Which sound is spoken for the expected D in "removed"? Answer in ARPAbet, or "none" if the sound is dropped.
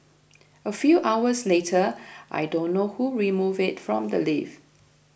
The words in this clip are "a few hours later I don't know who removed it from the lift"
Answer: none